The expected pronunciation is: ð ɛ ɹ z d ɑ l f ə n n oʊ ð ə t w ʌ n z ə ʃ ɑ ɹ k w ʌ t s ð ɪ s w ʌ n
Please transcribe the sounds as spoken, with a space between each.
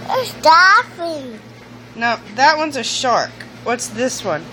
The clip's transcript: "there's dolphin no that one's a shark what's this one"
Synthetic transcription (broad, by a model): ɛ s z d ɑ f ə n n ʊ ð ə t w ʌ n z ə ʃ ɑ ɹ k w ʌ t s ð ɪ s w ʌ n